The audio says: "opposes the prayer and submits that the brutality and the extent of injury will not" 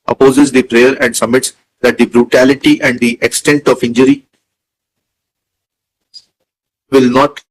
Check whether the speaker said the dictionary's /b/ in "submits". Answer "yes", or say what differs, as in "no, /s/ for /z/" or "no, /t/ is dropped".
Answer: no, /b/ is dropped